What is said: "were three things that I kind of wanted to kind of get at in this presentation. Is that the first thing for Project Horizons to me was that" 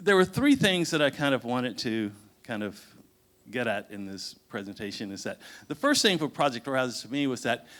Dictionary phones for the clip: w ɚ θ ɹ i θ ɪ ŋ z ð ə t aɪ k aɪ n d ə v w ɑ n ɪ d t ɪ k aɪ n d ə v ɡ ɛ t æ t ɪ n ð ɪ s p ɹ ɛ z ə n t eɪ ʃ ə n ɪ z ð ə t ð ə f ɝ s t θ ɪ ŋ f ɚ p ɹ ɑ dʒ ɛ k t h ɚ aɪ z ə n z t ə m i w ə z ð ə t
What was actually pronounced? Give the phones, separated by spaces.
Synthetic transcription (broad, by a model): w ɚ θ ɹ i θ ɪ ŋ z ð ə t aɪ k aɪ n d ə v w ɑ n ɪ d t ɪ k aɪ n d ə v ɡ ɛ t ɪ t ɪ n ð ɪ s p ɹ ɛ z ə n t eɪ ʃ ə n ɪ z ð ə t ð ə f ɝ s t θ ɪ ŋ f ɚ p ɹ ɑ dʒ ɛ k t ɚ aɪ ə z t ə m i w ə z ð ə t